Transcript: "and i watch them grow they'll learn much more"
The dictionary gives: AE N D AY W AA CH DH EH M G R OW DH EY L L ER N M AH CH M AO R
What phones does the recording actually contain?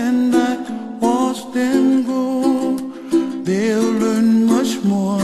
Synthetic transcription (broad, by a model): N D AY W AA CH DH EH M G OW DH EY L L ER N M AH CH M AO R